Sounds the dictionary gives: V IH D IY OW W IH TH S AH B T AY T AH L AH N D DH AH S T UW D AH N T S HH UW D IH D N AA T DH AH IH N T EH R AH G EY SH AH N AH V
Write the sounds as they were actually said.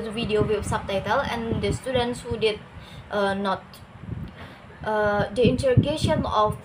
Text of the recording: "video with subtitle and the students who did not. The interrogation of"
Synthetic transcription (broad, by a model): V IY D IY OW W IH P S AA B T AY T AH L AH N D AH S T UW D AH N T S HH UW D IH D N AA T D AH IH N T EH R AH G EY SH AH N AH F